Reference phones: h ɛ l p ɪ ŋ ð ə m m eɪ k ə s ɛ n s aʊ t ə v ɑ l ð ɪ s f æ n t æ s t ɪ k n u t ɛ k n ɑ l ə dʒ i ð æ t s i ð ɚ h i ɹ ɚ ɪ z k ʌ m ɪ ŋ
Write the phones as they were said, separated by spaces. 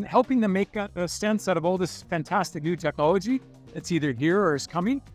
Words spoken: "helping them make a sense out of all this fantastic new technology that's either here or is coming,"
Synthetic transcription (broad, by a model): h ɛ l p ɪ ŋ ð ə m m eɪ k ə s ɛ n s aʊ t ə v ɑ l ð ɪ s f æ n t æ s t ɪ k n u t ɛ k ɑ l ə dʒ i ð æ t s i ð ɚ h i ɹ ɚ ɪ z k ʌ m ɪ ŋ